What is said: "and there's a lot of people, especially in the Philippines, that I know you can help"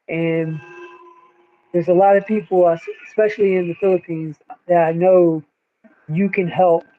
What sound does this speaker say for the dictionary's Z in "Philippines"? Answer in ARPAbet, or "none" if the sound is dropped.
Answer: Z